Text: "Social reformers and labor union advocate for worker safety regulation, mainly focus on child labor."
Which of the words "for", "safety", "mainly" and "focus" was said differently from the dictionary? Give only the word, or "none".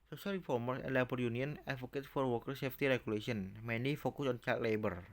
mainly